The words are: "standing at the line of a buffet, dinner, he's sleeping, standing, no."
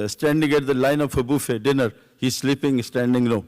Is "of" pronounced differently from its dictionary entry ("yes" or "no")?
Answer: yes